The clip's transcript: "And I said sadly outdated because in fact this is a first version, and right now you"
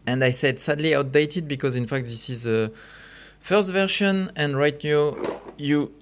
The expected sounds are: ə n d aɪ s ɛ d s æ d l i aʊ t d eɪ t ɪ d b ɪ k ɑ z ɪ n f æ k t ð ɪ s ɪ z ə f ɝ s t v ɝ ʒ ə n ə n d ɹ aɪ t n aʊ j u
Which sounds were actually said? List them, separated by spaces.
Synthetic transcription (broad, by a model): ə n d aɪ s ɛ d s æ d l i aʊ t d eɪ t ɪ d b ɪ k ɑ z ɪ n f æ k t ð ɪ s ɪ z ə f ɝ s t v ɝ ʃ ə n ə n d ɹ aɪ t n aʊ j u